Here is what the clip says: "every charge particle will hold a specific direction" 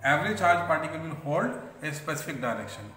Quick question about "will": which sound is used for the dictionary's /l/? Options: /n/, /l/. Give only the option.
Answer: /n/